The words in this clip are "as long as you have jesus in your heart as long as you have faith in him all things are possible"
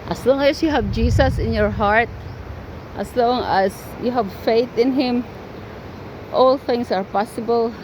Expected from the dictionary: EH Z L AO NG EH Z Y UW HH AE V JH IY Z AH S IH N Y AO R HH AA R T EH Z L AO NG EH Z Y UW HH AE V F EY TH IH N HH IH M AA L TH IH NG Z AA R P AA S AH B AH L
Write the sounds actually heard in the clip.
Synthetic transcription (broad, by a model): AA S L AO NG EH S Y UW HH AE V JH IY S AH S IH N Y AO R HH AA R T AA S L AO NG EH S Y UW HH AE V F EY TH IH N HH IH M AA L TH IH NG S AA R P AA S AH B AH L